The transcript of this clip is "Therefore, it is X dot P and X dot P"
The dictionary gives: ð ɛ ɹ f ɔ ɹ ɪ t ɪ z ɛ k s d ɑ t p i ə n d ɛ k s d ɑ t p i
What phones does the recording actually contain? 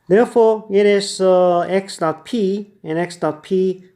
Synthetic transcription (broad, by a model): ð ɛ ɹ f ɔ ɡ ɪ t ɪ s ɛ k s d ɑ t p i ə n ɛ k s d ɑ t p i